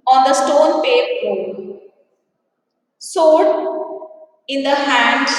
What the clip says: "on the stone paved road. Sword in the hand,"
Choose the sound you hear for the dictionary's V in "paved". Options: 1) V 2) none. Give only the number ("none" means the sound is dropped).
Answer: 2